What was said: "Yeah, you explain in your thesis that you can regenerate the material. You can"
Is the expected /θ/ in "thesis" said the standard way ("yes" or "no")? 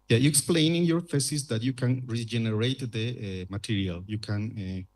no